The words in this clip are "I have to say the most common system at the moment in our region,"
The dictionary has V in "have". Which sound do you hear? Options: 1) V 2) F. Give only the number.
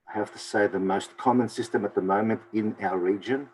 2